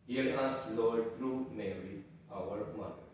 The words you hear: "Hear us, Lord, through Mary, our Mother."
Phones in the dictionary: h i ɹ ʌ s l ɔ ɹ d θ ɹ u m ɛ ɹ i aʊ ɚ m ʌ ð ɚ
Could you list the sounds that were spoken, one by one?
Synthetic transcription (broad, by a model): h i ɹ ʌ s l ɔ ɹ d t ɹ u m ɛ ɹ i aʊ ɚ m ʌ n